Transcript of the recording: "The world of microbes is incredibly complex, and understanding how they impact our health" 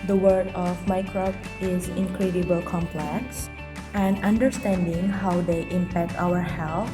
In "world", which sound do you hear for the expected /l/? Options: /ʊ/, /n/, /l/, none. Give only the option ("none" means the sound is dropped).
none